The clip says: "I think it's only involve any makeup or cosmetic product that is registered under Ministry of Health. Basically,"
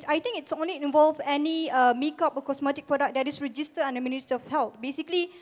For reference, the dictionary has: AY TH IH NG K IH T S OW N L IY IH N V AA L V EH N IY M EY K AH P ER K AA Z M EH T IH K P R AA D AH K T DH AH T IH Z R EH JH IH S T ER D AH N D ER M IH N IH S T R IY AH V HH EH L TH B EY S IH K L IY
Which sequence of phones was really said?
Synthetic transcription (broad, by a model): AY T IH NG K IH T S OW N L IY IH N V AA L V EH N IY M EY K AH P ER K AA S M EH T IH K P R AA D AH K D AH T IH S R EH JH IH S T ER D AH N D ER M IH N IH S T IY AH F HH EH L T B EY S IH K L IY